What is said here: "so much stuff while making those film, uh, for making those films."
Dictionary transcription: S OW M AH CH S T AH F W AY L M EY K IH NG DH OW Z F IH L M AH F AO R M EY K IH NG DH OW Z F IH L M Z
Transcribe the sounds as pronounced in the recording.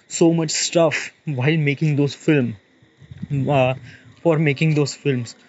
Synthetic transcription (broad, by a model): S OW M AH CH S T AH F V AY L M EY K IH NG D OW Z F IH L M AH F AO R M EY K IH NG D OW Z F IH L M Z